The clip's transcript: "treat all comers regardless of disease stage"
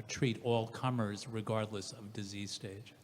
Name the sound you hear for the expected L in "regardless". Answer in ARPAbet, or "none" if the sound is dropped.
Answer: L